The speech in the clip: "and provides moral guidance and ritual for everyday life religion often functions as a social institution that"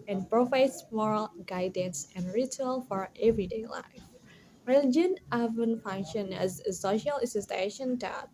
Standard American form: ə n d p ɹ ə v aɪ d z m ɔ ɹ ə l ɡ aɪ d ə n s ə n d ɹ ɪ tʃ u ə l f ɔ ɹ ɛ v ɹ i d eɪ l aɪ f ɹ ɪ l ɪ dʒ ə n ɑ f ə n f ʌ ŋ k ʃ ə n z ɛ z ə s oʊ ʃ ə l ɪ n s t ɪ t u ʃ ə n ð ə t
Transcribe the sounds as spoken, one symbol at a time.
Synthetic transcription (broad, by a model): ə n p ɹ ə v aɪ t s m ɔ ɹ ə l ɡ aɪ d ə n s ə n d ɹ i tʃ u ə l f ɔ ɹ ɛ v ɹ i d eɪ l aɪ f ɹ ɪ l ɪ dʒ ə n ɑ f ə n f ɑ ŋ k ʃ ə n ɛ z ə s oʊ ʃ ə l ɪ s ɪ s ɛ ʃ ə n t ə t